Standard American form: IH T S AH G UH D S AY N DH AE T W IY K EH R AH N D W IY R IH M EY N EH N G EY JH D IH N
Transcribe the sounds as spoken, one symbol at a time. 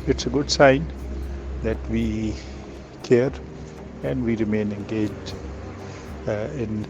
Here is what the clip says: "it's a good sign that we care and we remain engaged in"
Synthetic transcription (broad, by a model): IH T S AH G UH D S AY N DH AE T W IY K EH R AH N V IY R IH M EY N EH N G EY JH D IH N